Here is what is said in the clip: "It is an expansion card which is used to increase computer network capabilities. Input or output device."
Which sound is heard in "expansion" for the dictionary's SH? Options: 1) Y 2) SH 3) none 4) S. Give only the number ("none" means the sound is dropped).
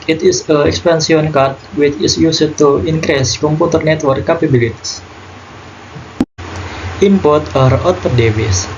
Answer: 4